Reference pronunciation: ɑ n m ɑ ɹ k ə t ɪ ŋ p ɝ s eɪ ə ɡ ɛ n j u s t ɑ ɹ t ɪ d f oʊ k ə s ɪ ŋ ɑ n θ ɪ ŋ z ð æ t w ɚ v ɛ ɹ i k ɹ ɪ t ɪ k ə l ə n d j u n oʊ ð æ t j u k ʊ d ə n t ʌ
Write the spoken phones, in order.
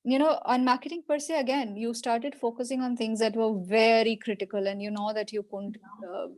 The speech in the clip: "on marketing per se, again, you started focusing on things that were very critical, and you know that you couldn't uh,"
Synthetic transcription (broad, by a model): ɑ n m ɑ ɹ k ə t ɪ ŋ p ɝ s eɪ ə ɡ ɛ n j u s t ɑ ɹ t ɪ d f oʊ k ə s ɪ ŋ ɑ n t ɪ ŋ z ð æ t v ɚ v ɛ ɹ i k ɹ ɪ t ɪ k ə l ə n d j u n oʊ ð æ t j u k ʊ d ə n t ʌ